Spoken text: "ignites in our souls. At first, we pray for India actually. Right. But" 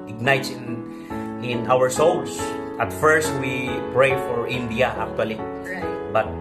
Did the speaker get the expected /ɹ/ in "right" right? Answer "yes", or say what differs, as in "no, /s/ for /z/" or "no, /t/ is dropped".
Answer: no, /l/ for /ɹ/